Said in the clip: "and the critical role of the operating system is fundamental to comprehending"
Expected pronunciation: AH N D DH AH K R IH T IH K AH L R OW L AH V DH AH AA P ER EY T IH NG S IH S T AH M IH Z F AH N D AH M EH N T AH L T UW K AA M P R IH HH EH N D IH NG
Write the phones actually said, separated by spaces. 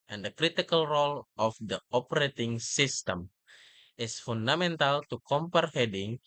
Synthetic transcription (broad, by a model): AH N D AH K R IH T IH K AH L R OW L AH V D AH AA P ER EY T IH NG S IH S T AH M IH S F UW N D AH M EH N T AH L T UW K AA M P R HH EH D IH NG